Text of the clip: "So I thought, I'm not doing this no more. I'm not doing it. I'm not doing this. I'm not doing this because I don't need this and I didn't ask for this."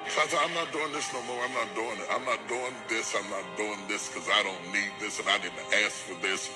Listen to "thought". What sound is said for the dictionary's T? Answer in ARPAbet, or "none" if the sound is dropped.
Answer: none